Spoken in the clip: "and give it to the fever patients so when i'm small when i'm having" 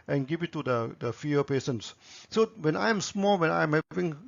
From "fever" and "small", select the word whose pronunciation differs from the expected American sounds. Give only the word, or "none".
fever